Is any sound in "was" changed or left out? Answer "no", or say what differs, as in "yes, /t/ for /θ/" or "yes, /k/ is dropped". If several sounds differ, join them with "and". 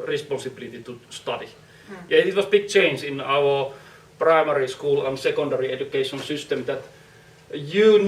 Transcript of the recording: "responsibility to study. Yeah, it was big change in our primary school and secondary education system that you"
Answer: yes, /s/ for /z/